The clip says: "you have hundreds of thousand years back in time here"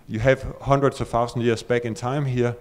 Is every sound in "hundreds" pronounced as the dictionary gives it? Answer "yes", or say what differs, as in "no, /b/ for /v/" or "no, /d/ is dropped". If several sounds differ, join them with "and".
no, /s/ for /z/